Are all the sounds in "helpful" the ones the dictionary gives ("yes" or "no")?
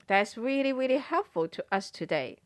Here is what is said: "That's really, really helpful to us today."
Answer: yes